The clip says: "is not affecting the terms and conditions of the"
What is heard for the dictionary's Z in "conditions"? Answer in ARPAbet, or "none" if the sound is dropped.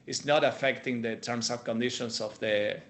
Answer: S